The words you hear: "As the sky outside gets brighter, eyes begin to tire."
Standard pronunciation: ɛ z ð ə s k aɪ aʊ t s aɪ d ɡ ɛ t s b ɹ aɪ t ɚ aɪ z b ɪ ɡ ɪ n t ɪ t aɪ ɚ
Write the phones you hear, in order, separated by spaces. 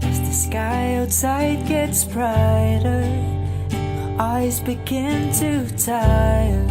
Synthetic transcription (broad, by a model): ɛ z ð ə s k aɪ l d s aɪ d ɡ ɛ t s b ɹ aɪ t ɚ aɪ z b ɪ ɡ ɪ n t ɪ t aɪ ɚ